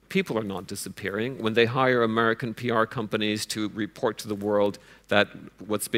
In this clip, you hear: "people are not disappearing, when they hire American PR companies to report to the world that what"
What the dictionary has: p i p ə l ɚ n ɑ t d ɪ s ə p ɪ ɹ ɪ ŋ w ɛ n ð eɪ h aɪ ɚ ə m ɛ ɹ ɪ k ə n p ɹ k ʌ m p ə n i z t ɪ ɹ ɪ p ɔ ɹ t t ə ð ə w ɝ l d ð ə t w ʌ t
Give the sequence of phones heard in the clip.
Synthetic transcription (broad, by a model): p i p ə l ɚ n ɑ t d ɪ s ə p ɪ ɹ ɪ ŋ w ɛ n ð eɪ h aɪ ɚ ə m ɛ ɹ ɪ k ə n p ɹ k ʌ m p ə n i z t ɪ ɹ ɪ p ɔ ɹ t t ə ð ə w ɝ l d ð ə t w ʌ t